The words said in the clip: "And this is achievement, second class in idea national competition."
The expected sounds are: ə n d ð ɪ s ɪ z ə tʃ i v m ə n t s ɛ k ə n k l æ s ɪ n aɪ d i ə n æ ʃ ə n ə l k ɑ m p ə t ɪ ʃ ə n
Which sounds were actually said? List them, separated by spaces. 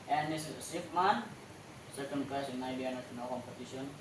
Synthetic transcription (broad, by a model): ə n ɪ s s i p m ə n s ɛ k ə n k ɑ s ɪ n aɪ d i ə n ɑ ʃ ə n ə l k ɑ m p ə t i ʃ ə n